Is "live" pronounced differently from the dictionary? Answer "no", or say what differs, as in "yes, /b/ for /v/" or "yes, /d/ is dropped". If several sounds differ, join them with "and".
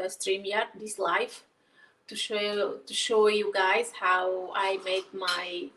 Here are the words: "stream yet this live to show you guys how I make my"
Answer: yes, /f/ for /v/